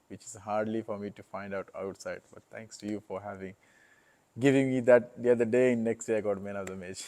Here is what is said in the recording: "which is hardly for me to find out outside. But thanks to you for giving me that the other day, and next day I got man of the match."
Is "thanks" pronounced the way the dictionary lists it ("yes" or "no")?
no